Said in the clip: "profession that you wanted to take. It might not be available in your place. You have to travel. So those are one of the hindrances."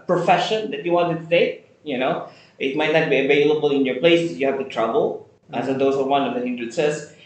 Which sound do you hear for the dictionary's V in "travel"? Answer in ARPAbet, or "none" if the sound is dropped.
B